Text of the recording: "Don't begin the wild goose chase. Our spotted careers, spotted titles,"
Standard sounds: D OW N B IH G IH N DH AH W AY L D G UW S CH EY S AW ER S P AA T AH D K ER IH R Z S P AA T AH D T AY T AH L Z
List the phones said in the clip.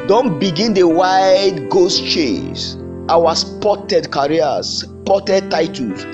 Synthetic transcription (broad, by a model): D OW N B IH G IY N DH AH W AY D G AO S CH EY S AW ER S P AA T AH D K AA R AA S P AA T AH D T AY T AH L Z